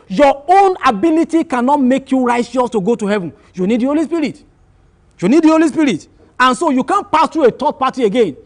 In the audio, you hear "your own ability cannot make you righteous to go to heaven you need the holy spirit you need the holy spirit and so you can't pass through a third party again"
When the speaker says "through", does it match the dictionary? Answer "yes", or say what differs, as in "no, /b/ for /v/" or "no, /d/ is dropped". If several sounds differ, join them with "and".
no, /t/ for /θ/